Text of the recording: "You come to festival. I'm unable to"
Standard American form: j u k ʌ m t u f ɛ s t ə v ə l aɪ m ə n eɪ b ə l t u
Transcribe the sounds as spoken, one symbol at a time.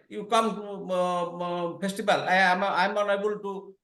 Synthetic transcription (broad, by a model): j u k ʌ m t u p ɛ s t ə b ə l aɪ m ə n eɪ b ə l t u